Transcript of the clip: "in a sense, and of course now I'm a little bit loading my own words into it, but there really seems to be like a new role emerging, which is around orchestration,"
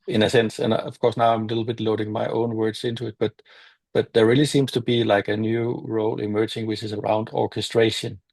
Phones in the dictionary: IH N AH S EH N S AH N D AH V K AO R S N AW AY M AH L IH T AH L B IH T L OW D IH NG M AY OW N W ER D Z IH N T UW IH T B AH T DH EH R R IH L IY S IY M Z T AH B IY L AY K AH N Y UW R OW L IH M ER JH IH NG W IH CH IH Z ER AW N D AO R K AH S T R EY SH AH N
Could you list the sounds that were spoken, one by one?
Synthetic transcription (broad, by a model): IH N AH S EH N S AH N AH V K AO R S N AW AY M AH L IH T L B IH T L OW D IH NG M AY OW N W ER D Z IH N T UW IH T B AH T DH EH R R IH L IY S IY M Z T AH B IY L AY K AH N Y UW R OW L IH M ER JH IH NG W IH CH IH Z ER AW N D AO R K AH S T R EY SH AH N